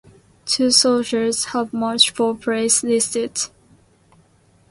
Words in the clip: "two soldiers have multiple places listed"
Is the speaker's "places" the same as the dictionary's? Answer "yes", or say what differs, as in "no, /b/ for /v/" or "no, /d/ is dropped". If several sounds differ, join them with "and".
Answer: no, /s/ is dropped